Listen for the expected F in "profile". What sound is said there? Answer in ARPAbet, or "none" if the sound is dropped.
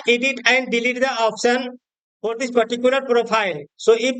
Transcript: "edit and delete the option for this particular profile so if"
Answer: P